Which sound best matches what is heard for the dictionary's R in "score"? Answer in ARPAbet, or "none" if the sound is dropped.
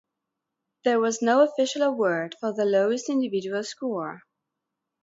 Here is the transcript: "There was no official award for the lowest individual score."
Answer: R